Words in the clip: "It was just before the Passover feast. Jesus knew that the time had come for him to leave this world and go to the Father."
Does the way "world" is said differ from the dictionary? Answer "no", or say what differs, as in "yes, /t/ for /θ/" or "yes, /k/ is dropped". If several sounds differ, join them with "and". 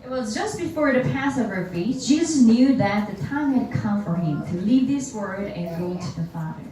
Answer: yes, /l/ is dropped